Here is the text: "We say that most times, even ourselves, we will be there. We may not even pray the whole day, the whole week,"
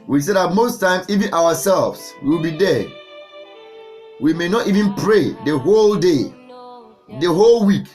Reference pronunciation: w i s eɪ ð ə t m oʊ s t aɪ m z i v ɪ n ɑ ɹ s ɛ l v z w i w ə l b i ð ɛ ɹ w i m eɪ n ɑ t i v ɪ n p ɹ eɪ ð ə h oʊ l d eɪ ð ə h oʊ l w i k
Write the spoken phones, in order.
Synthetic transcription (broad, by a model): w i s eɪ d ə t m oʊ s t aɪ m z i v ɪ n ɑ w s ɛ l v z w i w ə l b i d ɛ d w i m eɪ n ɑ t i v ɪ n p ɹ eɪ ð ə h oʊ l d eɪ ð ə h oʊ l w i k